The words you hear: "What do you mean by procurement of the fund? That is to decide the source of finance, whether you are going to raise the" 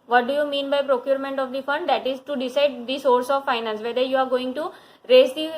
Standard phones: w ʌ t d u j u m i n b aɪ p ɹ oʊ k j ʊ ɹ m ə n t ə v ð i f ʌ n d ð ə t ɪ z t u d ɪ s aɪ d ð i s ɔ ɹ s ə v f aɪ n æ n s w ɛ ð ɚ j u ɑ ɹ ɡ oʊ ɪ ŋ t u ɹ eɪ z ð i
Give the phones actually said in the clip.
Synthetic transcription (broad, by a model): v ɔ t d u j u m i n b aɪ p ɹ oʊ k j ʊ ɹ m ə n t ə v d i f ʌ n d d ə t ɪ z t u d ɪ s aɪ d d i s ɔ ɹ s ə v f aɪ n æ n s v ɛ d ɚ j u ɑ ɹ ɡ oʊ ɪ ŋ t u ɹ eɪ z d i